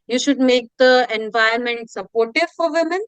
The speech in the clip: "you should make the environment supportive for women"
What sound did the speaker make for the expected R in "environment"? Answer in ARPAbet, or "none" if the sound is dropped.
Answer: none